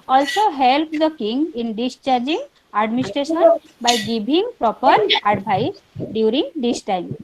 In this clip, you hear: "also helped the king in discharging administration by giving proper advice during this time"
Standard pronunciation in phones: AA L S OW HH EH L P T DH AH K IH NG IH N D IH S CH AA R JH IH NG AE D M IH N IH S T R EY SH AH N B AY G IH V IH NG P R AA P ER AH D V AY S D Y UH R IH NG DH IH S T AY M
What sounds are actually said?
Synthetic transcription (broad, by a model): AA L S OW HH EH L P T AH K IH NG IH N D IH S CH AA R JH IH NG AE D M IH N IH S T R EY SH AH N B AY G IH B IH NG P R AA P ER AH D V AY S D Y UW R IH NG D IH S T AY M